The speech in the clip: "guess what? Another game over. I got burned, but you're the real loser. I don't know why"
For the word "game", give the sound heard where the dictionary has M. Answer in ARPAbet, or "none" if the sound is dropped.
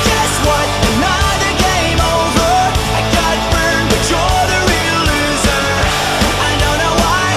M